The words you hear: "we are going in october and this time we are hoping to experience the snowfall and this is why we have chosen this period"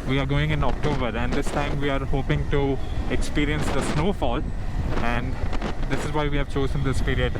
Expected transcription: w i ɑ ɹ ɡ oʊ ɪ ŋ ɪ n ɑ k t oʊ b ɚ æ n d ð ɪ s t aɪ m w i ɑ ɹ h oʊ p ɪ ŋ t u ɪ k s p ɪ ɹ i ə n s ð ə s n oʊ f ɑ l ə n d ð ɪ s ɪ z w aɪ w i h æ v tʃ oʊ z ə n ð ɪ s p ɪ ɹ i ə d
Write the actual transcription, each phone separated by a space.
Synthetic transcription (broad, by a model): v i ɑ ɹ ɡ oʊ ɪ ŋ ɪ n ɑ k t oʊ b ɚ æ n d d ɪ s t aɪ m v i ɑ ɹ h oʊ p ɪ ŋ t u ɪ k s p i ɹ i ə n s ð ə s n oʊ f ɑ l ə n d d ɪ s ɪ z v aɪ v i h æ v tʃ oʊ z ə n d ɪ s p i ɹ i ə d